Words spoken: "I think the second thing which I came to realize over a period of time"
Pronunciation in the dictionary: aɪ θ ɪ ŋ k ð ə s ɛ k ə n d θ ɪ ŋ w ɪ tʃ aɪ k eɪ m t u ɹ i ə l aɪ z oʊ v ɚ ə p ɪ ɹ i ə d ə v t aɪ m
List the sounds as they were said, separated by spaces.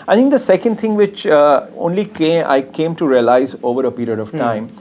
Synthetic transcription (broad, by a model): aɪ t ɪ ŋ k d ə s ɛ k ə n d t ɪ ŋ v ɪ tʃ aɪ k eɪ m t u ɹ i ə l aɪ z oʊ v ɚ ə p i ɹ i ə d ə v t aɪ m